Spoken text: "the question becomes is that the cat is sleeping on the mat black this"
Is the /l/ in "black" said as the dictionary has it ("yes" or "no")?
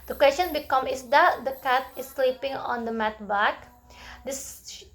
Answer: no